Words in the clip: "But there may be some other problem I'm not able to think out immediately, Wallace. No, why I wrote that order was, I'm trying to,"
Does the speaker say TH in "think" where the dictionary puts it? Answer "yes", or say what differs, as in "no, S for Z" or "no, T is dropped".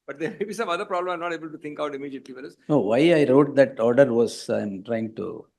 no, T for TH